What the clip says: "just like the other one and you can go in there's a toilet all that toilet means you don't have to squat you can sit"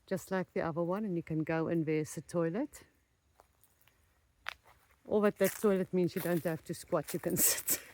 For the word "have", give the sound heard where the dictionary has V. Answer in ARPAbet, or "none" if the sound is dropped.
F